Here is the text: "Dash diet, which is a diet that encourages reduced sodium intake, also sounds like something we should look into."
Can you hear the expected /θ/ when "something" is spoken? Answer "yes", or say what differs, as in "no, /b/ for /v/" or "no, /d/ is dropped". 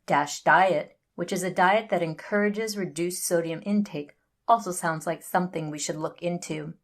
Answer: yes